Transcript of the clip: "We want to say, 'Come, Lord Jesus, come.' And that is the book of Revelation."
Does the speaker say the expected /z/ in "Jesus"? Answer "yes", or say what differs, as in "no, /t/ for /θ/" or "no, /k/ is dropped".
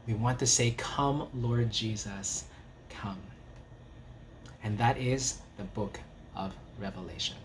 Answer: yes